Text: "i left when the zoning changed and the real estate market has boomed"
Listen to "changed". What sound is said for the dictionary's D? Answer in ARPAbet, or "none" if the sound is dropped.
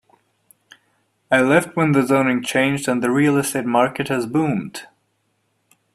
D